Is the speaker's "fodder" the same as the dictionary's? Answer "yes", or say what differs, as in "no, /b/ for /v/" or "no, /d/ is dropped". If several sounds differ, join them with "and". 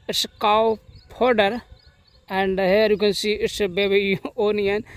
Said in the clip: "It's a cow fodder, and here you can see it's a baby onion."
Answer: no, /p/ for /f/